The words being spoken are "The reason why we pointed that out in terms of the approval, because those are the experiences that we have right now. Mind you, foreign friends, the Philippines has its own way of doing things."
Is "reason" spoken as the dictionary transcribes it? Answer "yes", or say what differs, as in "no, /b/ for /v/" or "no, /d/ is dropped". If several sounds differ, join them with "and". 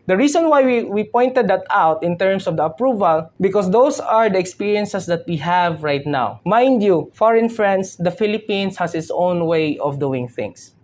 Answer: no, /s/ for /z/